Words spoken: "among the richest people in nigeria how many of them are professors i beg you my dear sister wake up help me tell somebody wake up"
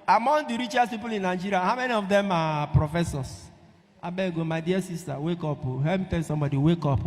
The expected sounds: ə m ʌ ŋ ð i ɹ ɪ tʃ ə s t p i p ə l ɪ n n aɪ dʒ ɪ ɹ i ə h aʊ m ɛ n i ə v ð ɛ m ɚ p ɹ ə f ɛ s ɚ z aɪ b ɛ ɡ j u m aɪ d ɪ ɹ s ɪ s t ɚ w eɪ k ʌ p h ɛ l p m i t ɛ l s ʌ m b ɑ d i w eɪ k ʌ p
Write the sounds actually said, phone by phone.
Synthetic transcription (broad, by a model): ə m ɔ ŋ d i ɹ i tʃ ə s p i p ə l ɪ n n aɪ dʒ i ɹ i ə h aʊ m ɛ n i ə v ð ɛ m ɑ p ɹ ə f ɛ s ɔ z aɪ b ɛ ɡ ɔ m aɪ d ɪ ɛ s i s t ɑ w eɪ k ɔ p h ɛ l m i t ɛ n s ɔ m b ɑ d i w eɪ k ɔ p